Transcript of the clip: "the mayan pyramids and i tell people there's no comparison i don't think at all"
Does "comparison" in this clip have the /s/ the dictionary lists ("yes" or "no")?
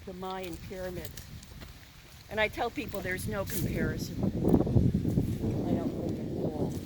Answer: yes